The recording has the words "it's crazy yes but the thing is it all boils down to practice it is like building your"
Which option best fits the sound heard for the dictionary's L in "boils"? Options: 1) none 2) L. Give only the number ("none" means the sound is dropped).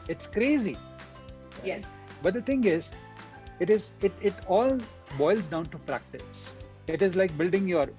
2